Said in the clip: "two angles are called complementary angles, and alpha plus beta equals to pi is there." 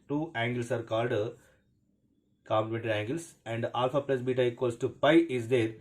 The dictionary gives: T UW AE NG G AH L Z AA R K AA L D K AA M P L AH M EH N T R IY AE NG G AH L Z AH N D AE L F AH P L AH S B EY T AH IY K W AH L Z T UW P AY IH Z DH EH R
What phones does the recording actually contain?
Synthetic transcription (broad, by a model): T UW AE NG G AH L S AA R K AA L D K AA M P L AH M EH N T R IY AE NG G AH L S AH N D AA L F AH P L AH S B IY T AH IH K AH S T UW P AY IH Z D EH R